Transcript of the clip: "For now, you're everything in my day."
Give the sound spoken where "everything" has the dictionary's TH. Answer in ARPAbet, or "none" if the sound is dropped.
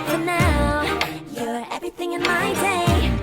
TH